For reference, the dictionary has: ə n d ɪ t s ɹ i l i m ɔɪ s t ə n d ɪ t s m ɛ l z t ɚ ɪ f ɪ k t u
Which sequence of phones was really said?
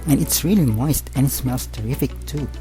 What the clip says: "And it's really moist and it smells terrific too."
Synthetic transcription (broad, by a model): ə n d ɪ t s ɹ i l i m ɔɪ s t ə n ɪ t s m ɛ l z t ɚ ɪ f ɪ k t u